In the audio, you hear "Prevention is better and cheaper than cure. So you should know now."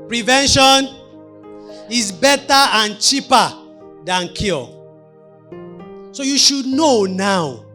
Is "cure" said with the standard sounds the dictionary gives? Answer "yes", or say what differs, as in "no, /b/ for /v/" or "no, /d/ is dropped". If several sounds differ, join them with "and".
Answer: no, /l/ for /ɹ/